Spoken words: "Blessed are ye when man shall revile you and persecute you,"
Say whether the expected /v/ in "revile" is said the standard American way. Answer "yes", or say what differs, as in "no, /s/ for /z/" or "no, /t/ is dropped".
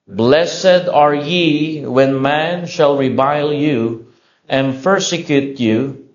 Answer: no, /b/ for /v/